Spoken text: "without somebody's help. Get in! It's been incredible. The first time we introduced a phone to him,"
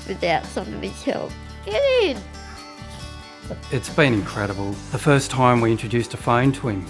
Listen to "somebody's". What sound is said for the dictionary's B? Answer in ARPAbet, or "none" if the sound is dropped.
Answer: none